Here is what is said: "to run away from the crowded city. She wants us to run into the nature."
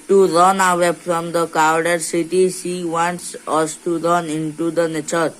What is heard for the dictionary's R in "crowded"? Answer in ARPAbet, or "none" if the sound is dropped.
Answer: none